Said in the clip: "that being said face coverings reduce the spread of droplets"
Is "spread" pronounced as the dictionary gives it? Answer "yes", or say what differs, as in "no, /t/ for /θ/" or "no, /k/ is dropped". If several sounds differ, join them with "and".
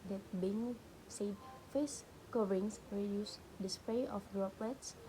no, /d/ is dropped